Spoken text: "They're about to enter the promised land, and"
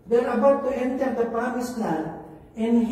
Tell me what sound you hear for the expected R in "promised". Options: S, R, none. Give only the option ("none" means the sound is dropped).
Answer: none